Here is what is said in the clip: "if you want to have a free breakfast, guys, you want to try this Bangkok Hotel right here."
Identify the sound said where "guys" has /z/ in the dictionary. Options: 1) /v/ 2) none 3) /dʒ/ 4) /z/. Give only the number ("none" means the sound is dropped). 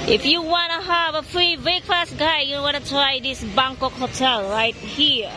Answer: 2